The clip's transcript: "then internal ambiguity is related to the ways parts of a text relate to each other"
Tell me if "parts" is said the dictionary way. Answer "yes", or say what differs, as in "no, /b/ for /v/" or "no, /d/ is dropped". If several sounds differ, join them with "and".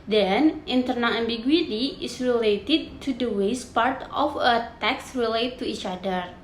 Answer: no, /s/ is dropped